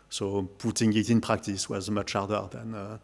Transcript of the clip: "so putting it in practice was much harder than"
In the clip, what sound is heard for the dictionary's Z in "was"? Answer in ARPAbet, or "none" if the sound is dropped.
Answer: Z